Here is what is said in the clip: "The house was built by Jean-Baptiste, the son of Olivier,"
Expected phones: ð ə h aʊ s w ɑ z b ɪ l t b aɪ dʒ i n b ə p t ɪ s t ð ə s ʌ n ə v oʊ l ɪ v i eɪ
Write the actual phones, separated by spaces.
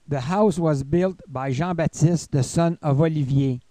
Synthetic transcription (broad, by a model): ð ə h aʊ s w ɑ z b ɪ l t b aɪ ʒ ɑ b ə t ɪ s t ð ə s ʌ n ə v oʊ l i v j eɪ